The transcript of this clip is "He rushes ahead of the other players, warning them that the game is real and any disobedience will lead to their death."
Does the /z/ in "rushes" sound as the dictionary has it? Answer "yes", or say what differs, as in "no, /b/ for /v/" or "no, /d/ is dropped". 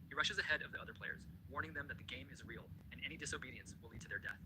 yes